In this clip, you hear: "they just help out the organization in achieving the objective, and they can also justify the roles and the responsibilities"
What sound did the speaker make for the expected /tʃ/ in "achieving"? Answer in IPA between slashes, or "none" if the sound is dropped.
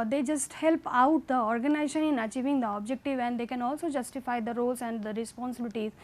/tʃ/